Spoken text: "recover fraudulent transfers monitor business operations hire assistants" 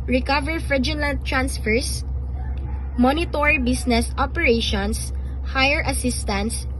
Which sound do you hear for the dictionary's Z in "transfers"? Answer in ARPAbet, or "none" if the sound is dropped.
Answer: S